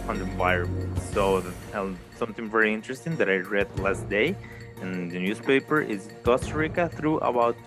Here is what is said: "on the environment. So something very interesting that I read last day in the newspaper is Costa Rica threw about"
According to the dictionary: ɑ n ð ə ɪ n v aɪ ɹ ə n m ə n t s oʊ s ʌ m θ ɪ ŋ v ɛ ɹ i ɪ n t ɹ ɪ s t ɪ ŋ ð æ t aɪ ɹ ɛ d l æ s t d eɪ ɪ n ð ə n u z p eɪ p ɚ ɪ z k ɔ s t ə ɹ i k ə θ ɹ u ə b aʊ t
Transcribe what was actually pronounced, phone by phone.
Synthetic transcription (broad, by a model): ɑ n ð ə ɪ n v aɪ ə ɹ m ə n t s oʊ s ʌ m θ ɪ ŋ v ɛ ɹ i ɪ n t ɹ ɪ s t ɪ ŋ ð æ t aɪ ɹ ɛ d l æ s t d eɪ ɪ n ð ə n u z p eɪ p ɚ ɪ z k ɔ s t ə ɹ i k ə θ ɹ u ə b aʊ t